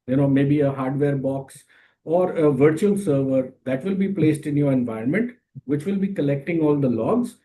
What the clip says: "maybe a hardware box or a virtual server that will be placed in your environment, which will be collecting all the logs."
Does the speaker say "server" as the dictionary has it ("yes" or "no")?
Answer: yes